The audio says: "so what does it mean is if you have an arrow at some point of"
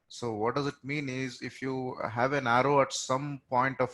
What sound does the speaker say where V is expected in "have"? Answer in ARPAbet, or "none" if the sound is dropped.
V